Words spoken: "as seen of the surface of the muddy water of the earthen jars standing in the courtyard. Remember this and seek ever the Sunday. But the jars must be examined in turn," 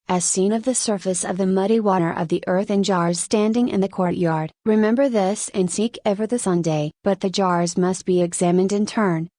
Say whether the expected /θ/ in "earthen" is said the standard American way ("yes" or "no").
yes